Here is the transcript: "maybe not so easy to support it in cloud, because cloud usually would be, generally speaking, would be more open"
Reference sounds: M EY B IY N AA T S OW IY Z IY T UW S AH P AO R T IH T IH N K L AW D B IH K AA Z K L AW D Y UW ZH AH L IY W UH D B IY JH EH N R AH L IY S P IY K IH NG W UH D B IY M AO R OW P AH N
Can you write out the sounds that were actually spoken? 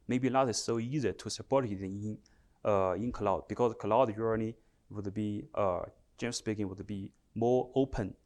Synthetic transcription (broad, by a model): M EY B IY L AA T S OW IY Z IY T UW S AH P AO R T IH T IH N K L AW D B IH K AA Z K L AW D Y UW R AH N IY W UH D B IY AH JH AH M S P IY K IH NG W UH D B IY M AO R OW P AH N